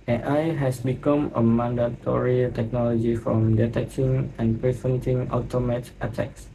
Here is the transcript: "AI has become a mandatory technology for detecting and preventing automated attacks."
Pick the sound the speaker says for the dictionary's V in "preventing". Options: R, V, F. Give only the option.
F